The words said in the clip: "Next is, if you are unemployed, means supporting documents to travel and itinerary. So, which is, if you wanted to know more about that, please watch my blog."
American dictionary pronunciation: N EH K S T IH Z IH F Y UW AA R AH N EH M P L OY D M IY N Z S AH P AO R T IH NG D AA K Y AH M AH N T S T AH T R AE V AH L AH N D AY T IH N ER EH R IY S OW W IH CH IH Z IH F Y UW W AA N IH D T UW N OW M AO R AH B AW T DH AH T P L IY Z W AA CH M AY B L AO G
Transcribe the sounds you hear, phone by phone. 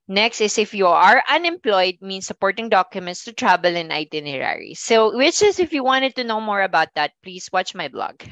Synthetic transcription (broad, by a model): N EH K S T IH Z IH F Y UW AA R AH N EH M P L OY D M IY N S AH P AO R T IH NG D AA K Y AH M AH N T S T AH T R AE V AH L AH N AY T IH N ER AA R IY S OW W IH CH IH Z IH F Y UW W AA N IH D T UW N OW M AO R AH B AW T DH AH T P L IY S W AA CH M AY B L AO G